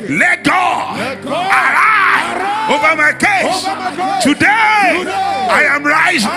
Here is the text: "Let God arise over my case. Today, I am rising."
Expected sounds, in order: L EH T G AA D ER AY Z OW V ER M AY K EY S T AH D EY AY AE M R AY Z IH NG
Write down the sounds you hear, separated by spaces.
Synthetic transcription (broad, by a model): L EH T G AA ER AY OW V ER M AY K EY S T AH D EY AY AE M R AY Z